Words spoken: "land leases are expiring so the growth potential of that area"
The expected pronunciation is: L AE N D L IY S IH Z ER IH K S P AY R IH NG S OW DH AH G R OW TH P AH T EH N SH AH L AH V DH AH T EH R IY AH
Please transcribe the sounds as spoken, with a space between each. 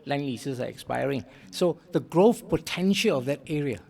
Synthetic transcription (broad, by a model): L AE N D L IY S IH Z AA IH K S P AY R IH NG S OW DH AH G R OW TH P AH T EH N SH AH L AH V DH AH T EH R IY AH